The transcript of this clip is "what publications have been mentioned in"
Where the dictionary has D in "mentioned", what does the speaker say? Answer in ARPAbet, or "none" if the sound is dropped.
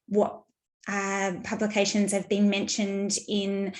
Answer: D